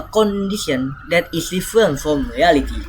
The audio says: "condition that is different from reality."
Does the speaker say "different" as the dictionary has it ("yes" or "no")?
no